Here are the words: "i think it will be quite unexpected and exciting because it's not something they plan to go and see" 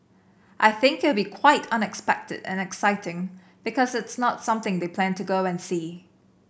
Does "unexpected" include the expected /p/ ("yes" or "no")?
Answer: yes